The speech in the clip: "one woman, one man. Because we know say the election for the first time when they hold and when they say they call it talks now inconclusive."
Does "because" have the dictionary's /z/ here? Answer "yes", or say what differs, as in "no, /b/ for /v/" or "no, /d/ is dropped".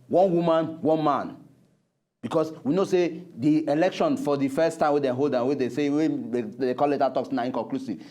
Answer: no, /s/ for /z/